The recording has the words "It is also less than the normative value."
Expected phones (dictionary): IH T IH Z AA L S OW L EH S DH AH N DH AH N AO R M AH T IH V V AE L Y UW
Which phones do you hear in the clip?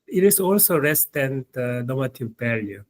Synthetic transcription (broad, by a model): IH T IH S AA L S OW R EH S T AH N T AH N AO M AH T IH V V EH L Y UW